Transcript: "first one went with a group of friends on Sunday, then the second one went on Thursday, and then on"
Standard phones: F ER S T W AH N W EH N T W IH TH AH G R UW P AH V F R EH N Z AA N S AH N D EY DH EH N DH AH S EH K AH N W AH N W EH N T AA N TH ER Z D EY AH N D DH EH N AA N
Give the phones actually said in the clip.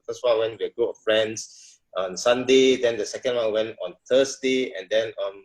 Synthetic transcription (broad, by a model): F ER S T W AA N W EH N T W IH AH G UW AH F R EH N S AA N S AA N D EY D EH N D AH S EH K AH N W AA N W EH N T AA N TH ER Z D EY AH N D EH N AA N